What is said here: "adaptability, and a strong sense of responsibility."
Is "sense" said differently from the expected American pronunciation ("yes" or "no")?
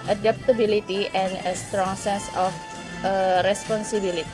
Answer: yes